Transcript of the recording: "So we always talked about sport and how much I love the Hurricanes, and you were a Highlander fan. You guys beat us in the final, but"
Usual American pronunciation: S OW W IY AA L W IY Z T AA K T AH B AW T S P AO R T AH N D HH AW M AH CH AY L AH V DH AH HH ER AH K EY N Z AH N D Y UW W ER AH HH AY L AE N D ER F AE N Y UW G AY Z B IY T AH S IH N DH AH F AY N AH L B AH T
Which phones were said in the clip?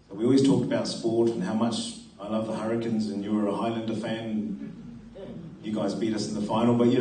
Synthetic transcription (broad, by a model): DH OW W IY AA L W IY Z T AA K T AH B AW T S P AO R T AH N HH AW M AH CH AY L AH V DH AH HH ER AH K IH N Z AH N Y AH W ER AH HH AY L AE N D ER F AE N Y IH G AY Z B IY T AH S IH N DH AH F AY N L B AH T